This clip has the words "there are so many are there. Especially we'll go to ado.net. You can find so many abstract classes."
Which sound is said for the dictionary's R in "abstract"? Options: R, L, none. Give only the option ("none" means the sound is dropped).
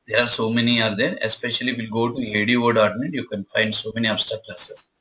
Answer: none